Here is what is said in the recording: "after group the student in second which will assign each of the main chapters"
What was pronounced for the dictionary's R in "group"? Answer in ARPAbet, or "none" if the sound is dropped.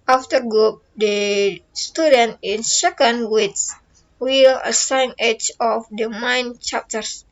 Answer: none